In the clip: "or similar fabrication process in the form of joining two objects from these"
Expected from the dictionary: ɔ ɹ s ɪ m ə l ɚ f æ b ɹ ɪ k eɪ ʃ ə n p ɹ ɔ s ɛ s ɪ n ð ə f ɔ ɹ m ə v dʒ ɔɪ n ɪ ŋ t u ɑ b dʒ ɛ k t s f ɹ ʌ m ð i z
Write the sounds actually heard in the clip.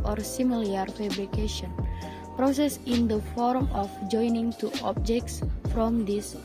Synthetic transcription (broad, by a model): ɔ ɹ s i m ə l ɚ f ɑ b ɹ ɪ k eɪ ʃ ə n p ɹ ɔ s ɛ s ɪ n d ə f ɔ ɹ m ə f dʒ ɔɪ n ɪ ŋ t u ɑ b dʒ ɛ k t s f ɹ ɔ m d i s